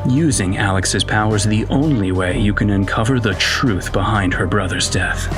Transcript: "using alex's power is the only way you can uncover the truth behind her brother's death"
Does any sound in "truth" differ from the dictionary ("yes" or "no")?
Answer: no